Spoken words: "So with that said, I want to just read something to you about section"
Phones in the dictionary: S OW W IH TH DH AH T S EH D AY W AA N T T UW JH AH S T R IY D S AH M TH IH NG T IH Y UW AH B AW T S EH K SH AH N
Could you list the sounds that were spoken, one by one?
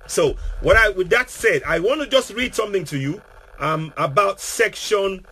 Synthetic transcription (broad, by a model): S OW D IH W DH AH T S EH D AY W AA N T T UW JH AH S T R IY D S AH M TH IH NG T IH Y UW AH B AW T S EH K SH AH N